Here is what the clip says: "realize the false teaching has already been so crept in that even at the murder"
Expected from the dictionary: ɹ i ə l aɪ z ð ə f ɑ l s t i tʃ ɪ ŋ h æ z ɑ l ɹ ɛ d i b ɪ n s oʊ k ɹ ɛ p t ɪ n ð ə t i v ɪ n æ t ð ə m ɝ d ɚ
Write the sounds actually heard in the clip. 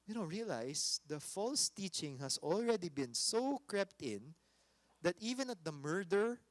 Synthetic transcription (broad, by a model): ɹ i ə l aɪ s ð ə f ɑ l s t i tʃ ɪ ŋ h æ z ɑ l ɹ ɛ d i b ɪ n s oʊ k ɹ ɛ p t ɪ n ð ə t i v ɪ n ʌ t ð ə m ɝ d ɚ